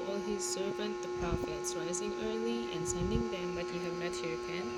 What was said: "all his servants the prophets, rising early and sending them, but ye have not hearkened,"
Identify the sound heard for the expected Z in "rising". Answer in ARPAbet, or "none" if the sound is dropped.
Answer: Z